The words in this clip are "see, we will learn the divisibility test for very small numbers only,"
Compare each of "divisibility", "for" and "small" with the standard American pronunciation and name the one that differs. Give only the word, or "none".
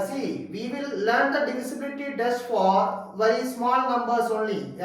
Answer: divisibility